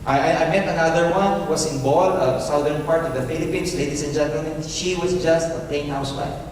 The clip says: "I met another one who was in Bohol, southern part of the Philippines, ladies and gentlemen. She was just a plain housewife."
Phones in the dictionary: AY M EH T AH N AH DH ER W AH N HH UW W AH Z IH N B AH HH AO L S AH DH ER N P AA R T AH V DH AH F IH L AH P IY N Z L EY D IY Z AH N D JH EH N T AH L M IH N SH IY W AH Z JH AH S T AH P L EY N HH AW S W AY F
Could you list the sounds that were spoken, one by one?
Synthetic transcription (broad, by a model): AY M EH T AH N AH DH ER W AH N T W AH S IH N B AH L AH S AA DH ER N P AA R T AH V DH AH F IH L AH P IY N S L EY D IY S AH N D JH EH N T AH L M IH N SH IY W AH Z JH AH S T AH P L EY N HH AW S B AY